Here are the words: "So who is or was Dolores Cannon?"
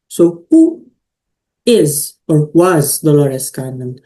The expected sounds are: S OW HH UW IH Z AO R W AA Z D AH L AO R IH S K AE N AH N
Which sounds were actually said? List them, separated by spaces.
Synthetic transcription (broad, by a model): S OW HH UW IH Z AO R W AA Z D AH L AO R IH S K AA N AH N